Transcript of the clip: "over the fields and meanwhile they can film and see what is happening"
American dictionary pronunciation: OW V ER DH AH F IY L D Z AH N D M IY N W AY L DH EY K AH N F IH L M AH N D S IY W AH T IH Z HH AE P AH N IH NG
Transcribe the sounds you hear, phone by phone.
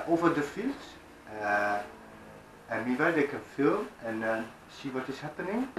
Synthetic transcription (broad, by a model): OW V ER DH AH F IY L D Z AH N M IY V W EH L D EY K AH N F IH L M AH N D S IY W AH T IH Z HH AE P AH N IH NG